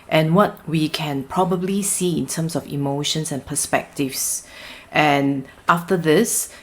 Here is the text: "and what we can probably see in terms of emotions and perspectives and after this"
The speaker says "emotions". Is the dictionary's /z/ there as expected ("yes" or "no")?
no